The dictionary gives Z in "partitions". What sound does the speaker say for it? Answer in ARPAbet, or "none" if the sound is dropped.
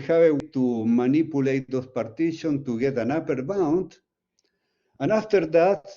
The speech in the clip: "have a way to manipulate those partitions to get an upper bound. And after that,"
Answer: none